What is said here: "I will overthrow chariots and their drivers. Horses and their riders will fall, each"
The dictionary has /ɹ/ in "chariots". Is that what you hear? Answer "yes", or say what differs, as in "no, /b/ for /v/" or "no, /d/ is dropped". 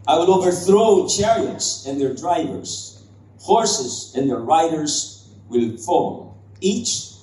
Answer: yes